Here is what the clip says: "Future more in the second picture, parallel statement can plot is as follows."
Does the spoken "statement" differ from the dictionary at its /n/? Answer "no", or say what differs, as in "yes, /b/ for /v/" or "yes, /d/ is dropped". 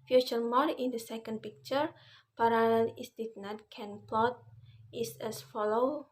yes, /n/ is dropped